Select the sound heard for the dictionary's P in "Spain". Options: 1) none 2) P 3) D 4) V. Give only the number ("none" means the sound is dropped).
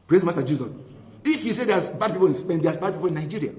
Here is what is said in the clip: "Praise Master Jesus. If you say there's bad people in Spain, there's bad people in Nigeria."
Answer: 1